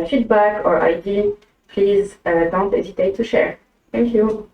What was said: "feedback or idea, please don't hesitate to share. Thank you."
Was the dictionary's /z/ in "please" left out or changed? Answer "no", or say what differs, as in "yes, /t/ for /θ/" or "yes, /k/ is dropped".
no